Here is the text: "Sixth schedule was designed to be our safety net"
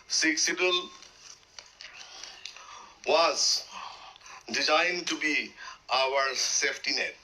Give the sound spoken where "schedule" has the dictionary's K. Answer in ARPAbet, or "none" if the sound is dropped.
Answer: none